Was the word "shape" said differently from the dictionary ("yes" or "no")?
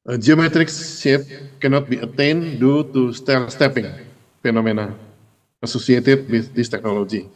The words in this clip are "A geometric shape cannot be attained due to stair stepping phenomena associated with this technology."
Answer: yes